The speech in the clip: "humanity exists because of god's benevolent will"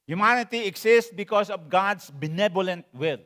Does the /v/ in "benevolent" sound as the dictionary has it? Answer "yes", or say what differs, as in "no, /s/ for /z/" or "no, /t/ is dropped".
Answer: no, /b/ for /v/